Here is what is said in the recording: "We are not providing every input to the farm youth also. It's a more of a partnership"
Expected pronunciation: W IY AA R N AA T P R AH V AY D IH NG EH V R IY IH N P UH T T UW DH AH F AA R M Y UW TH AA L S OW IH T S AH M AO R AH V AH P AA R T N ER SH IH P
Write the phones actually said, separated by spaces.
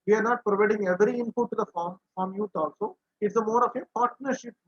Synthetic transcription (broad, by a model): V IY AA R N AA T P R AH V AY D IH NG EH V R IY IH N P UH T T UW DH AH F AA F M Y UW T AA L S OW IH T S AH M AO R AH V AH P AA R T N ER SH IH P